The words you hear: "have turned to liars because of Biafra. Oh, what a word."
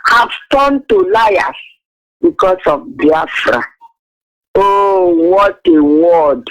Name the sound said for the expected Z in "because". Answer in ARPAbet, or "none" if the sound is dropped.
S